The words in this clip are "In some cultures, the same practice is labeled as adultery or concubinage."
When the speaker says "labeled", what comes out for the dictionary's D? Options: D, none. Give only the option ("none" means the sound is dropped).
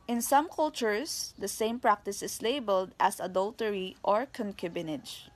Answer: D